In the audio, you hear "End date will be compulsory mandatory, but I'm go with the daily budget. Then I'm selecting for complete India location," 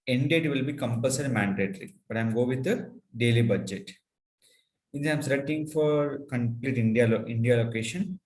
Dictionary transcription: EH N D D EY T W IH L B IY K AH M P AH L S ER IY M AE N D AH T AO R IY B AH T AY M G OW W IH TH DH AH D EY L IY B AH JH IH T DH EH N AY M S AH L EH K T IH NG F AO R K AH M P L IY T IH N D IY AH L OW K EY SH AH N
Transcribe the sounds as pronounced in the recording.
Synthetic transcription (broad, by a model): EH N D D EY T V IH L B IY K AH M P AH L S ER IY M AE N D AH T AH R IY B AH T AY M G OW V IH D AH D EY L IY B AH JH IH T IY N AY M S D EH T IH NG F AO R K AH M P L IY T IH N D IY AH L OW K EY SH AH N